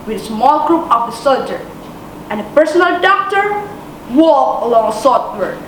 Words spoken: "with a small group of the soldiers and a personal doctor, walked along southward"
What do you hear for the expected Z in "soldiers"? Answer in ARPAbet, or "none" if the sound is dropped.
none